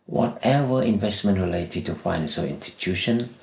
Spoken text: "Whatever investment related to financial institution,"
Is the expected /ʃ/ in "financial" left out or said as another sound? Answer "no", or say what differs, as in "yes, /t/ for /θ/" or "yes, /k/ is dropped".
yes, /s/ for /ʃ/